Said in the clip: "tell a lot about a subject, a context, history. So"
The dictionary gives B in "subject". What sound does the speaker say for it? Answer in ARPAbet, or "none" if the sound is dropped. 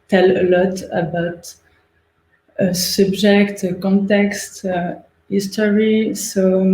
B